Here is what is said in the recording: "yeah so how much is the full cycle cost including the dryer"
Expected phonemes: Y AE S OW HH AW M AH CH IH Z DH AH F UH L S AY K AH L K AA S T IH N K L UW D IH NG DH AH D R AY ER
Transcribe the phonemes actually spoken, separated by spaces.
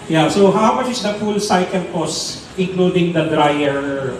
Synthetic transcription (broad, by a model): Y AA S OW HH AW M AH CH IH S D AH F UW L S AY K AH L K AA S IH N K L UW D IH NG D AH D R AY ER